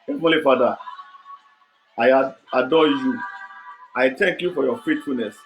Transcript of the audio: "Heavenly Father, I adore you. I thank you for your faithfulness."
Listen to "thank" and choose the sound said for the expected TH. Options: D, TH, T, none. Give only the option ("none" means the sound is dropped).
T